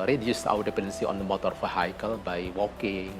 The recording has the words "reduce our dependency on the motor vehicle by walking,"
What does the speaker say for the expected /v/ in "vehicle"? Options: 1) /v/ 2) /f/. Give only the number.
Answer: 2